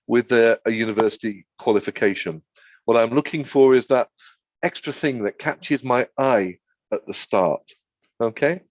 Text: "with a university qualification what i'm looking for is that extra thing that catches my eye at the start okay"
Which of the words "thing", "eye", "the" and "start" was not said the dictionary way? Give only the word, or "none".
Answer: none